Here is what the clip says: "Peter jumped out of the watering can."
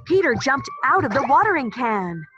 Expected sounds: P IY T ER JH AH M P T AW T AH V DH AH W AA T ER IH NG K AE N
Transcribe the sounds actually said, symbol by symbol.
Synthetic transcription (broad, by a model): P IY T ER JH AH M P T AW T AH V DH AH W AA T ER IH NG K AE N